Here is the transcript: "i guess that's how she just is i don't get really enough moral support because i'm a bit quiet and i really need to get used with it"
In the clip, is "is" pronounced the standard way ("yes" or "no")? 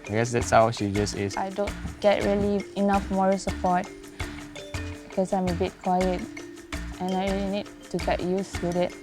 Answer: no